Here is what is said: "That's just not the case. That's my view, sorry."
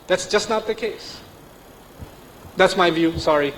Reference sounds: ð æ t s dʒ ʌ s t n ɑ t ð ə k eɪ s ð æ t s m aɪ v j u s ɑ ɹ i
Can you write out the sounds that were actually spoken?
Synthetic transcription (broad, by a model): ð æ t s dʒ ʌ s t n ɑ t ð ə k eɪ s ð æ t s m aɪ v j u s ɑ ɹ i